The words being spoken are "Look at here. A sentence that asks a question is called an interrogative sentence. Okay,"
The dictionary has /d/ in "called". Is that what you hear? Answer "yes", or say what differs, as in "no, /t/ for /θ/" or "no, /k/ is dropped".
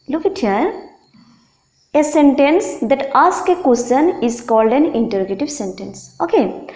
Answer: yes